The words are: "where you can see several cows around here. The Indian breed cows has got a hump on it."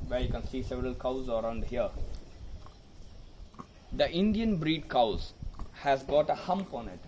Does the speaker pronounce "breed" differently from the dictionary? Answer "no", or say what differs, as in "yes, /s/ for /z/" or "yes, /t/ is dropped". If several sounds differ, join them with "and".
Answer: no